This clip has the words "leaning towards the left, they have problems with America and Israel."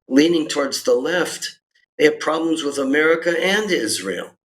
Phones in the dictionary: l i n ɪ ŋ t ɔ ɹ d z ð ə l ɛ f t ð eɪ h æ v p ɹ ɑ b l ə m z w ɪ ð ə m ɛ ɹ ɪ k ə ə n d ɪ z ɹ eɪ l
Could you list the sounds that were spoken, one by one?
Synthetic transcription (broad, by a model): l i n ɪ ŋ t ɔ ɹ d z ð ə l ɛ f t ð eɪ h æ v p ɹ ɑ b l ə m z w ɪ ð ə m ɛ ɹ ɪ k ə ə n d ɪ z ɹ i l